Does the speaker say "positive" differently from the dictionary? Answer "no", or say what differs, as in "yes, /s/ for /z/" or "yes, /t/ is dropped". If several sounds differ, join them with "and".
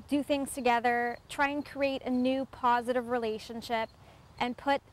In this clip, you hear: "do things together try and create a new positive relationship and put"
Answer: no